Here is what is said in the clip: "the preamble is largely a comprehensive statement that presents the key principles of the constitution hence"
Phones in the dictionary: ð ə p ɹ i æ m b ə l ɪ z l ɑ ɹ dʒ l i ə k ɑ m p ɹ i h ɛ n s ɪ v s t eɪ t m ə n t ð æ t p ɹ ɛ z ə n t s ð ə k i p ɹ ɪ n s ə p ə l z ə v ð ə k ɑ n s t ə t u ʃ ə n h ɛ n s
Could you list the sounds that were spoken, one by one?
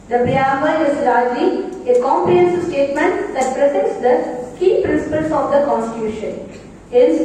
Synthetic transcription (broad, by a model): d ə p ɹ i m ə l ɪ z l ɑ ɹ dʒ l i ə k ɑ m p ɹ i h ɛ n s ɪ s t eɪ t m ə n t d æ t p ɹ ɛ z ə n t s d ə k i p ɹ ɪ n s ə p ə l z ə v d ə k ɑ n s t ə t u ʃ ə n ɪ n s